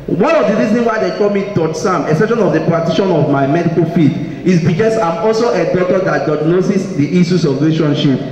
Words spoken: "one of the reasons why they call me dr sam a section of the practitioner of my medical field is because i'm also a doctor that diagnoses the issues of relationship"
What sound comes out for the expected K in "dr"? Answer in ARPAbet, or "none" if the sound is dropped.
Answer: none